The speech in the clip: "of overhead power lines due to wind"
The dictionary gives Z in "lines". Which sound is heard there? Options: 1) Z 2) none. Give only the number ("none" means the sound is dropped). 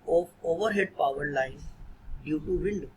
2